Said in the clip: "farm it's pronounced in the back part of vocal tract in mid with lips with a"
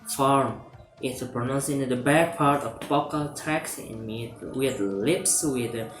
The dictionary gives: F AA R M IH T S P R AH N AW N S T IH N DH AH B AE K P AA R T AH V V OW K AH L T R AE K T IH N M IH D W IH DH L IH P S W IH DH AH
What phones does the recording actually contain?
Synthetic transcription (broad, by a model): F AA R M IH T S P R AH N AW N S IH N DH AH B AE K P AA R T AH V B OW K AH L T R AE K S IH N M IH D W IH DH L IH P S W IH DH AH